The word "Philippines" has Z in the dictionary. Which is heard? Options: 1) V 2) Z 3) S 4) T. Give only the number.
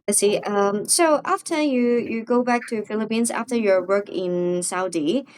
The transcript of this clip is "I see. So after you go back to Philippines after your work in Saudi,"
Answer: 2